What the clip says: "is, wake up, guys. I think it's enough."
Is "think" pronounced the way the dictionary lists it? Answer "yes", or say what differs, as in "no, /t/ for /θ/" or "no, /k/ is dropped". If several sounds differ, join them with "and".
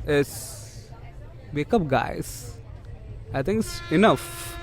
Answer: no, /t/ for /θ/